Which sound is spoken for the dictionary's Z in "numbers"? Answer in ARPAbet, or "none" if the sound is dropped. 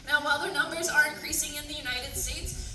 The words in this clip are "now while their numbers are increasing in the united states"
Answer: Z